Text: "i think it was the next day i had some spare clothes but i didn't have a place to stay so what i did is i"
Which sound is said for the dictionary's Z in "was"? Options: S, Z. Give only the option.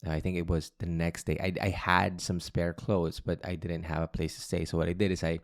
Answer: Z